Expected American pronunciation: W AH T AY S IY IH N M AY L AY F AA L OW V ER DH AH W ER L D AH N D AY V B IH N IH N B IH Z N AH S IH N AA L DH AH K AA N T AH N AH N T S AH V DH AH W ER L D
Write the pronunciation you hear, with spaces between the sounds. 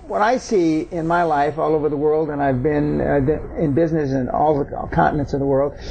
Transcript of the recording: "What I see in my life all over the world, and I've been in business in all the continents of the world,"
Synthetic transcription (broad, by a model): W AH T AY S IY IH N M AY L AY F AA L OW V ER DH AH W ER L D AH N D AY V B IH N IH N B IH Z N AH S IH N AA L DH AH K AA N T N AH N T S AH V DH AH W ER L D